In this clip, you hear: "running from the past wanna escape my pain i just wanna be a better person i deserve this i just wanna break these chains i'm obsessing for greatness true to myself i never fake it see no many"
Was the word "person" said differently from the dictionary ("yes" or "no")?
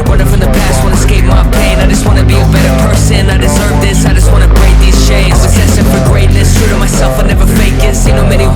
no